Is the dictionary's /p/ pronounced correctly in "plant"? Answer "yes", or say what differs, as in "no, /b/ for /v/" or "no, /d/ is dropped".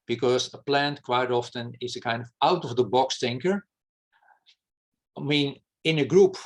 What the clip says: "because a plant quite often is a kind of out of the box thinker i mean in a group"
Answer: yes